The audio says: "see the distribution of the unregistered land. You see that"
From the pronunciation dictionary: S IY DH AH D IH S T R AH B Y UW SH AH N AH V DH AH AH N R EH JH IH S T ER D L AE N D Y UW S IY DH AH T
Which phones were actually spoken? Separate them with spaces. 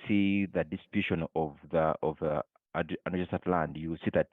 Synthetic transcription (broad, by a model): S IY DH AH D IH S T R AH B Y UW SH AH N AH V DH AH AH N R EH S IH T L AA N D Y UW S IY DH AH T